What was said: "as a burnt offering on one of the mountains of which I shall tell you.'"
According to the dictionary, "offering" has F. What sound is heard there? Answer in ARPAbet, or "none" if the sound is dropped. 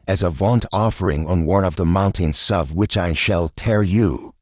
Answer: F